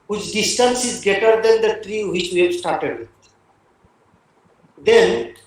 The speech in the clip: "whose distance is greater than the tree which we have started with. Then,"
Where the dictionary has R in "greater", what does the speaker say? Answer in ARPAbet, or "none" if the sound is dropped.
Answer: none